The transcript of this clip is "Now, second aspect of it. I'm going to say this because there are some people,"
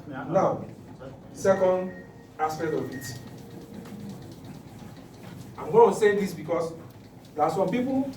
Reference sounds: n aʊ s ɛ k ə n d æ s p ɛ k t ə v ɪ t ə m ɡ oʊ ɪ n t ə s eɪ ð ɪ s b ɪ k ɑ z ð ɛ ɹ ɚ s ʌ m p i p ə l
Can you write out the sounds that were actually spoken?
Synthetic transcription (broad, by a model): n aʊ s ɛ k ə n d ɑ s p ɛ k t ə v ɪ t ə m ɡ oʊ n s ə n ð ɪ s b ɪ k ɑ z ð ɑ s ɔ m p i p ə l